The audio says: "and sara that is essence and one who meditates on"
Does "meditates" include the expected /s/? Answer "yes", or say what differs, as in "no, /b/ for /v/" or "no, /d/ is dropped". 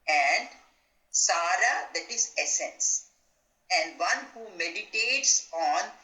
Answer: yes